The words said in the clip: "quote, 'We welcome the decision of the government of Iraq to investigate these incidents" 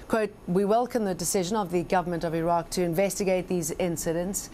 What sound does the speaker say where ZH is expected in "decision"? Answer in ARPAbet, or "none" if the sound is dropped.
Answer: ZH